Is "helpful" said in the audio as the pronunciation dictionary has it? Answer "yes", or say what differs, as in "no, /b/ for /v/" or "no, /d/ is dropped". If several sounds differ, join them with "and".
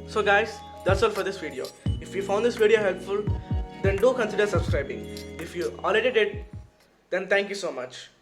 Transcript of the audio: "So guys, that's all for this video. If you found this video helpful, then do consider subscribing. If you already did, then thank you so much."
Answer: yes